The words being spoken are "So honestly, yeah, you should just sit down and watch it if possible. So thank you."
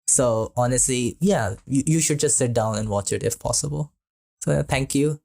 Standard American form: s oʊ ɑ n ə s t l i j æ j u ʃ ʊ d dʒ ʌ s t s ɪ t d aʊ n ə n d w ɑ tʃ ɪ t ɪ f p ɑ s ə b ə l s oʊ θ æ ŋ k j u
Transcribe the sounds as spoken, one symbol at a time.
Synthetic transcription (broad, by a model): s oʊ ɑ n ə s t l i j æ j u ʃ ʊ d dʒ ʌ s t s ɪ t d aʊ n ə n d w ɑ tʃ ɪ t ɪ f p ɑ s ə b ə l s oʊ t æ ŋ k j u